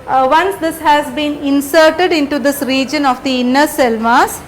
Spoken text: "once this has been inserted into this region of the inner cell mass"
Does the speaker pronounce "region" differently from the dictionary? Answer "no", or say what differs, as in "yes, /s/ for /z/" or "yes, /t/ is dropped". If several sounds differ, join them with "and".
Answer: no